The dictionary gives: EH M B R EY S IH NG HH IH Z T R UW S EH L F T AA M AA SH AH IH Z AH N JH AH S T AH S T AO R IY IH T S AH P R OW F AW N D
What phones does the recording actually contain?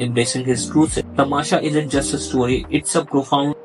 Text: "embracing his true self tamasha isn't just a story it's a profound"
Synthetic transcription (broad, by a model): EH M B R EY S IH NG HH IH Z T R UW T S T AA M AA SH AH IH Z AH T JH AH S T AH S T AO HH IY IH T S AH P R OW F AW N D